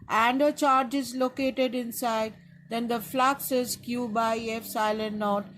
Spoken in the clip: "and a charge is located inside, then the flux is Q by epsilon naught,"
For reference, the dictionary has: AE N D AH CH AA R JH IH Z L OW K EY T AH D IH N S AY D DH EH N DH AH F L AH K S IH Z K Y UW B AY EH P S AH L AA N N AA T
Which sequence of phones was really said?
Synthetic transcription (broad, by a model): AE N D AH CH AA R JH IH Z L OW K EY T AH D IH N S AY D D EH N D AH F L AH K S IH Z K Y UW B AY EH F S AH L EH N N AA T